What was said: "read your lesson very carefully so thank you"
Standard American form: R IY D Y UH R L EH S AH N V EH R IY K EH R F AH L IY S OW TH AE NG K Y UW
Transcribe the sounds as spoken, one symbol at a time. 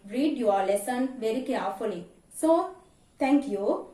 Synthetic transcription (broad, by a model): R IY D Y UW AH L EH S AH N V EH R IY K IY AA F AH L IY S OW T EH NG K Y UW